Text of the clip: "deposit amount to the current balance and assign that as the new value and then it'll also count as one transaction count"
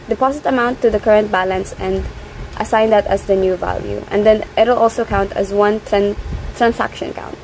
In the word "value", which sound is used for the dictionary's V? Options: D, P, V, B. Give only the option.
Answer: V